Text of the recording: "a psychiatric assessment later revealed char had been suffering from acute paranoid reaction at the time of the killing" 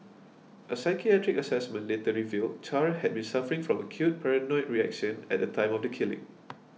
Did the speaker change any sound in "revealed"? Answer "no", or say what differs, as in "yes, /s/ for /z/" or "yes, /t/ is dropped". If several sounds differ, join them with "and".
no